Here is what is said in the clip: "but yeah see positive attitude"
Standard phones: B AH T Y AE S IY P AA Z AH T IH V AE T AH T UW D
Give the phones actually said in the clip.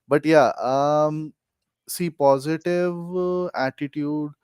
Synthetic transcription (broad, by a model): B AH T Y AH S IY P AA Z AH T IH V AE T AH T UW D